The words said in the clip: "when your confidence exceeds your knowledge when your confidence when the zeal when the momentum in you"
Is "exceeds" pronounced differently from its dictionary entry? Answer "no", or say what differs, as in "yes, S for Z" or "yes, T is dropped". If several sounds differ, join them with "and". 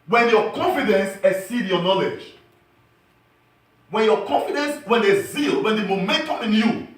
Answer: yes, K is dropped and Z is dropped